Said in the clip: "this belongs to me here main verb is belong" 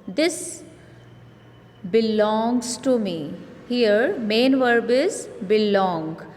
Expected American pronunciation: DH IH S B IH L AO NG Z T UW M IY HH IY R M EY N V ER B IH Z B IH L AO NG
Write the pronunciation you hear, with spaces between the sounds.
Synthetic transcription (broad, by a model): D IH S B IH L AO NG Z T UW M IY HH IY R M EY N V ER B IH Z B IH L AO NG